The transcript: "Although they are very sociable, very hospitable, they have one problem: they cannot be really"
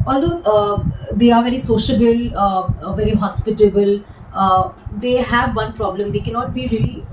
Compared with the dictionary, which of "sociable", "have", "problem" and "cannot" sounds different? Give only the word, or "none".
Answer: none